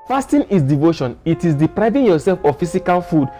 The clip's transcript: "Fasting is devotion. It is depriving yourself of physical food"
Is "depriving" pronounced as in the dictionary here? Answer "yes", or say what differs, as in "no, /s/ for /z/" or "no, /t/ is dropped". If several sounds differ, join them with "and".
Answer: yes